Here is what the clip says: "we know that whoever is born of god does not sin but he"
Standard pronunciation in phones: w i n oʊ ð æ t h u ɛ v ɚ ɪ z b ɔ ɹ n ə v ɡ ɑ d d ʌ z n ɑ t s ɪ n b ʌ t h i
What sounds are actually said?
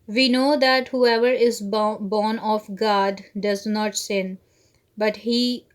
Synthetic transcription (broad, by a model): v i n oʊ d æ t h u ɛ v ɚ ɪ z b ɔ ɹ n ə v ɡ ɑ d d ʌ z n ɑ t s ɪ n b ʌ t h i